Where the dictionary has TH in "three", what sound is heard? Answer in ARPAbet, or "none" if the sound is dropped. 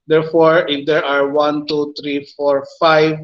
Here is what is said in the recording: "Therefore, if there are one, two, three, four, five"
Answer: T